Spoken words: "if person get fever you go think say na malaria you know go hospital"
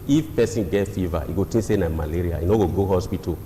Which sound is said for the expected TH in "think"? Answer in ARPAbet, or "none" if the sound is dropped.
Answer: T